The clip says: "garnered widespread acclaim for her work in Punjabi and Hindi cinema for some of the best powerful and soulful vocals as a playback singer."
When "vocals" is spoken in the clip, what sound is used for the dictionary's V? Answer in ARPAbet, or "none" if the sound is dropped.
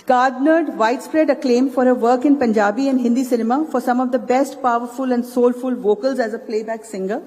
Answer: V